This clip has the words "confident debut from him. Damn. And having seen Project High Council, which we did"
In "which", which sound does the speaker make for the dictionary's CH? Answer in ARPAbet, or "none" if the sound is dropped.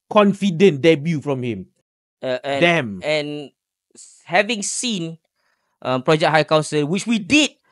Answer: CH